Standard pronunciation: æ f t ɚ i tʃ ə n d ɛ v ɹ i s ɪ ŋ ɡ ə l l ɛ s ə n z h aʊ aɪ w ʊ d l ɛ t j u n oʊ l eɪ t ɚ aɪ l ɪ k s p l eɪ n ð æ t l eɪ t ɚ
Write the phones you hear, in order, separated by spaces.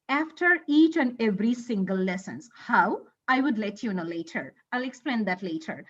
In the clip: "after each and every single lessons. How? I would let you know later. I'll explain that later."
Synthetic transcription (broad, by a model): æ f t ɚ i tʃ ə n d ɛ v ɹ i s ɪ ŋ ɡ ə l l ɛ s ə n s h aʊ aɪ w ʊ d l ɛ t j u n oʊ l eɪ t ɚ aɪ l ɪ k s p l eɪ n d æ t l eɪ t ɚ